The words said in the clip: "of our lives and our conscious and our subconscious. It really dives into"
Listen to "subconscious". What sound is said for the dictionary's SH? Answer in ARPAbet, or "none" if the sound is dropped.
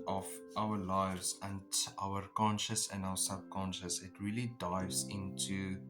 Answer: SH